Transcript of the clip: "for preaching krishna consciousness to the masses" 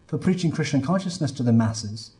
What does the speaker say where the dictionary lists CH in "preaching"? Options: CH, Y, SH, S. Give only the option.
CH